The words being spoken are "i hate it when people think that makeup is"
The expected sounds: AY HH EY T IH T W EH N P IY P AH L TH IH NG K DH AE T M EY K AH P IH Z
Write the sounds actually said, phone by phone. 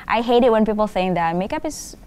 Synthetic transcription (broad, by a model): AY HH EY T IH T W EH N P IY P L TH IH NG K DH AE T M EY K AH P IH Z